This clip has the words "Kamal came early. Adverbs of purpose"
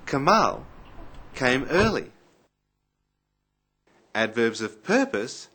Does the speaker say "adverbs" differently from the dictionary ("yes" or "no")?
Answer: no